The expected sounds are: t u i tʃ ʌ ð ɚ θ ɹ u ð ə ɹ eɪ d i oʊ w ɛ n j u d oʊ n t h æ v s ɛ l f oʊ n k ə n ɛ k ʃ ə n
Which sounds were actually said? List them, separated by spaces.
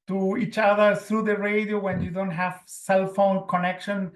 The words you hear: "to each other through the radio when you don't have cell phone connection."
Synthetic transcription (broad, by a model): t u i tʃ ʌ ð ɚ t ɹ u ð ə ɹ eɪ d i oʊ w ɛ n j u d oʊ n t h æ v s ɛ l f oʊ n k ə n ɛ k ʃ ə n